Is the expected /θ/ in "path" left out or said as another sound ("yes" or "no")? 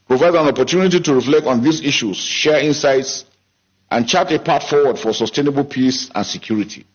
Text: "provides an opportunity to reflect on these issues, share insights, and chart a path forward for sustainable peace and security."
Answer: yes